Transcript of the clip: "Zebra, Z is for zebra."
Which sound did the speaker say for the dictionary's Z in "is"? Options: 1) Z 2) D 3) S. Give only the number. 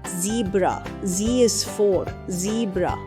3